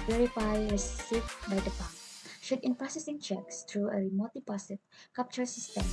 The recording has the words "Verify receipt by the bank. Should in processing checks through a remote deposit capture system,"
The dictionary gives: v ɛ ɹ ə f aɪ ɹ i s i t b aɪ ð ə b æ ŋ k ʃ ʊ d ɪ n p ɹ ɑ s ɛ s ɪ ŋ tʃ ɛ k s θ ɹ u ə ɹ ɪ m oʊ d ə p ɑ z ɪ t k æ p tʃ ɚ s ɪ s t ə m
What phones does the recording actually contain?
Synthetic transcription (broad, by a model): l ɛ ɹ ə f aɪ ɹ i s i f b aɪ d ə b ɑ k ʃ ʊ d ɪ n p ɹ ɑ s ɛ s ɪ ŋ tʃ ɛ k s t ɹ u ə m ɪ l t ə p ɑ s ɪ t k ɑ p tʃ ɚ s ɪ s t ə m